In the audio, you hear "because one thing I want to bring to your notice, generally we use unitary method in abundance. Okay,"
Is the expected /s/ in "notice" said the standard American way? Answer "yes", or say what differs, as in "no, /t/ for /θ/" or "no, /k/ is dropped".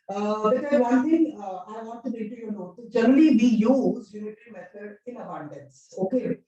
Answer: no, /s/ is dropped